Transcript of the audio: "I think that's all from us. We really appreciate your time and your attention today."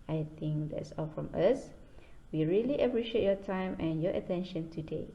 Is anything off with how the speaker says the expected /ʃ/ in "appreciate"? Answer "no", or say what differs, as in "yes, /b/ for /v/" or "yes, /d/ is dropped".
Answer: no